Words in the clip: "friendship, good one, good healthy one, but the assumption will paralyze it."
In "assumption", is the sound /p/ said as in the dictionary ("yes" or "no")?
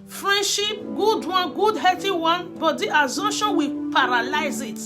no